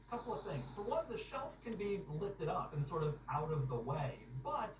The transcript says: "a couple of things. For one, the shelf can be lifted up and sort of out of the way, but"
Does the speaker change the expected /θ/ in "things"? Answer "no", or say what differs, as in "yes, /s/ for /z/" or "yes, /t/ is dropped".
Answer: no